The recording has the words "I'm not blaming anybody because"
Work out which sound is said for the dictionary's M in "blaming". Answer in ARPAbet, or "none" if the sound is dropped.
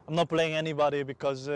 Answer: none